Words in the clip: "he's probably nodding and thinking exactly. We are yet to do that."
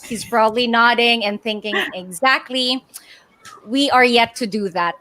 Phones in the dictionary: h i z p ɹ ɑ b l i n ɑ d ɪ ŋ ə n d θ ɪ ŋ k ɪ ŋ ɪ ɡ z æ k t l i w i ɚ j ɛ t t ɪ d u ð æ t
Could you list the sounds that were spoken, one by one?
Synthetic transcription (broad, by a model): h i z b ɹ ɑ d l i n ɑ d ɪ ŋ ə n θ ɪ ŋ k ɪ ŋ ɪ ɡ z æ k t l i w i ɚ j ɛ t t ɪ d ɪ ð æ t